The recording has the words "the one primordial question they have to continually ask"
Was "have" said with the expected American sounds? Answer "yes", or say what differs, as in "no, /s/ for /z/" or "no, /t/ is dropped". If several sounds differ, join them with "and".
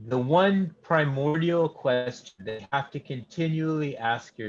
no, /f/ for /v/